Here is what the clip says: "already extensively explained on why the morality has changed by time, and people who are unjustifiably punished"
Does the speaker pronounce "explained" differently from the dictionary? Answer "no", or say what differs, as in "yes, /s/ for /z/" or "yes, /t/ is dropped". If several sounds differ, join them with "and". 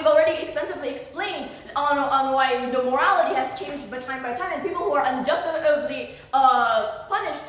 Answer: no